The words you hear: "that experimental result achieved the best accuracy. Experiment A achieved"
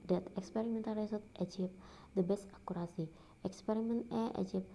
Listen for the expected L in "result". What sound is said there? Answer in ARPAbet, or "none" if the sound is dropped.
none